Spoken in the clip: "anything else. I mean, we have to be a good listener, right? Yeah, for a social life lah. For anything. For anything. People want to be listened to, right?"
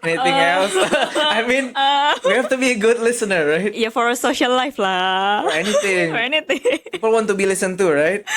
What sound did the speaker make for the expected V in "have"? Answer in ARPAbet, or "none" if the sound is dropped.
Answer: F